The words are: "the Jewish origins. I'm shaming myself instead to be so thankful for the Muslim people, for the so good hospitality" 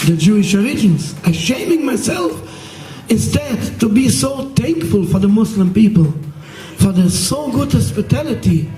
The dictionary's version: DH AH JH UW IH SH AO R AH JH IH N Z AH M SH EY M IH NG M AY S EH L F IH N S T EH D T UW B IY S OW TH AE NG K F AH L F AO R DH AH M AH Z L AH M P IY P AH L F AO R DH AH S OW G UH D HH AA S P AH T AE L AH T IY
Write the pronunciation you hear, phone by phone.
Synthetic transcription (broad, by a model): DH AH JH UW IH SH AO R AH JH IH N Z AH SH EY M IH NG M AY S EH L F IH N S T EH D T UW B IY S OW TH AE NG K F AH L F AO R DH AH M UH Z L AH M P IY P AH L F AO R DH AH S OW G UH D HH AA S P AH T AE L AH T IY